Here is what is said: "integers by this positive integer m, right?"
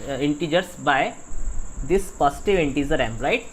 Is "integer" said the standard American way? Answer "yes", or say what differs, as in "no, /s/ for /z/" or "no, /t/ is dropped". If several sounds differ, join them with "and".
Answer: no, /z/ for /dʒ/